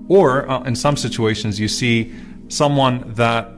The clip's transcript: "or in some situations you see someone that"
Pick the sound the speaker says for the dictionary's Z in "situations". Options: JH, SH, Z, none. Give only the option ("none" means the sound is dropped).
Z